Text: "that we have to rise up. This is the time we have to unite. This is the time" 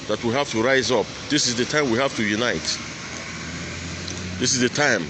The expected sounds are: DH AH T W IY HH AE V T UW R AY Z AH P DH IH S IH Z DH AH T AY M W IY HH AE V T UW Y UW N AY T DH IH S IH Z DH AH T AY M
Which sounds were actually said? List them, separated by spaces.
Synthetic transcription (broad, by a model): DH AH T W IY HH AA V T UW R AY Z AH P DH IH S IH Z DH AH T AY M W IY HH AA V T UW Y UW N AY T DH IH S IH Z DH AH T AY M